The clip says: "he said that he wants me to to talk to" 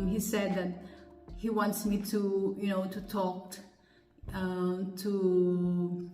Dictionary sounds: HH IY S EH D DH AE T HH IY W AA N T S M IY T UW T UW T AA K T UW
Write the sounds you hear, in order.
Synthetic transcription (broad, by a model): HH IY S EH D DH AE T HH IY W AA N T S M IY T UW T UW T AA K T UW